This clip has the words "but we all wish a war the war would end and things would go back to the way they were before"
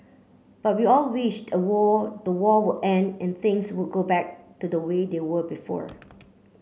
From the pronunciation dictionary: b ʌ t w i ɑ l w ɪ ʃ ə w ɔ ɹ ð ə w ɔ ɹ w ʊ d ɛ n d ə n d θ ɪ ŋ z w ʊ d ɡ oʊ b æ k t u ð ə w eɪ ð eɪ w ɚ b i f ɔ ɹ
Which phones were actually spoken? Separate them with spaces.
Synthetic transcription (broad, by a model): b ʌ t w i ɑ l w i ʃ ə w ɔ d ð ə w ɔ w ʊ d ɛ n d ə n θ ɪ ŋ s w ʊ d ɡ oʊ b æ k t u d ə w eɪ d eɪ w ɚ b i f ɔ ɹ